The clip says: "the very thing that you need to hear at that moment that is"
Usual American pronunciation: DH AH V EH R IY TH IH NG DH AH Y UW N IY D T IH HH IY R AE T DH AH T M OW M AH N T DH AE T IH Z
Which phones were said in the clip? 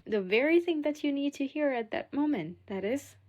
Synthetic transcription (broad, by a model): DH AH V EH R IY TH IH NG DH AH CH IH N IY D T IH HH IY R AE T DH AH T M OW M AH N T DH AE T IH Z